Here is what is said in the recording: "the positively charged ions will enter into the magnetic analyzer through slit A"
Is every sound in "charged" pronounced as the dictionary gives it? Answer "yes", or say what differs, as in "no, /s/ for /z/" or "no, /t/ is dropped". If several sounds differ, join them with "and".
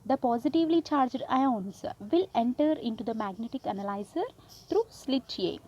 yes